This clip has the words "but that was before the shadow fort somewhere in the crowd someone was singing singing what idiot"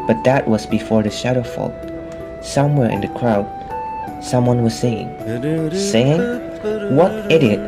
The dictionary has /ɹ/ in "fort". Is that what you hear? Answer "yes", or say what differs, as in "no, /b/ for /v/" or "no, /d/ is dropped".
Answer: no, /l/ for /ɹ/